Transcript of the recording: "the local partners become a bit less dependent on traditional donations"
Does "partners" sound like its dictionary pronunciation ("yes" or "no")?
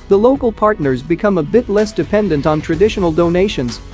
yes